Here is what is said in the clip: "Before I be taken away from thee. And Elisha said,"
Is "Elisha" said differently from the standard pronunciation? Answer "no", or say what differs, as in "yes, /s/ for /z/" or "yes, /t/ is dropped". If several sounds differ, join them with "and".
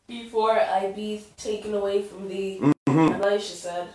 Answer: yes, /l/ is dropped